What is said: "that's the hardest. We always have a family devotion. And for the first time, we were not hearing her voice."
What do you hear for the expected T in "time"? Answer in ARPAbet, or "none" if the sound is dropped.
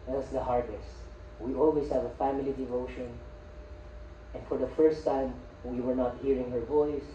T